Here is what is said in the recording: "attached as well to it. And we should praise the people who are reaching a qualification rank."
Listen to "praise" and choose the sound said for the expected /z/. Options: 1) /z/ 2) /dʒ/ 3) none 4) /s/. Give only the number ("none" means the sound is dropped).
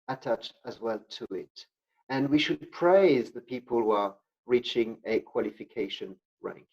1